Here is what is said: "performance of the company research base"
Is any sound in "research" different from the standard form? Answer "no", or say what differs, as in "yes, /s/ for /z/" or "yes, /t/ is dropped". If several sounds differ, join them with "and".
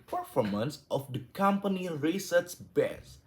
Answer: yes, /s/ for /tʃ/